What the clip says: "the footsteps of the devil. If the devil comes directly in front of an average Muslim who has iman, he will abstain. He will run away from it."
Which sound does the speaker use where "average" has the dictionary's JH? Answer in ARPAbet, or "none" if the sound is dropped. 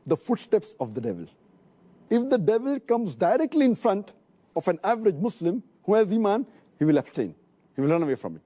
JH